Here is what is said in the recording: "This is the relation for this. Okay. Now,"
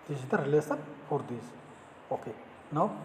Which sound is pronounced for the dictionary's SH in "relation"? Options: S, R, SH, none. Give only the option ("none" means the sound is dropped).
S